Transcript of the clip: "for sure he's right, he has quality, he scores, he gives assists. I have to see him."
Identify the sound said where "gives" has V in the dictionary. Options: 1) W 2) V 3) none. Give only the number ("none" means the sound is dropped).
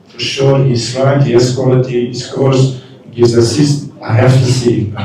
3